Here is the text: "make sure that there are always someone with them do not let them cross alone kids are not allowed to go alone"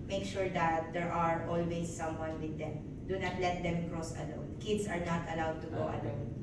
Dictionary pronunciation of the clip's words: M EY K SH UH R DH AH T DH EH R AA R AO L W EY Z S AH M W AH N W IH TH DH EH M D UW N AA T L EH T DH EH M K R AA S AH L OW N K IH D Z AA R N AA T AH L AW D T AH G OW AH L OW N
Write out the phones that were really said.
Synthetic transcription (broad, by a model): M EY K SH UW R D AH T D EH R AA R AO L W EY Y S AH M W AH N W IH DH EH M D UW N AA T L EH T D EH M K R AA S AH L OW N K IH D S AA R N AA T AH L AW D T AH G OW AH L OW N